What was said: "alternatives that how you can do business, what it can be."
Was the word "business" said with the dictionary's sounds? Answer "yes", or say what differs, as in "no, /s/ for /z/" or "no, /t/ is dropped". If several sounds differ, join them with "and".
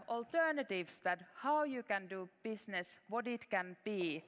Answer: no, /s/ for /z/